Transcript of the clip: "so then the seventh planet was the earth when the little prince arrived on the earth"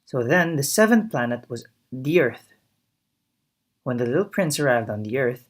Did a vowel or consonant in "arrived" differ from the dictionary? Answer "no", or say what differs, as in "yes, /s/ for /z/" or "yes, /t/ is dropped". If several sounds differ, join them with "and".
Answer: no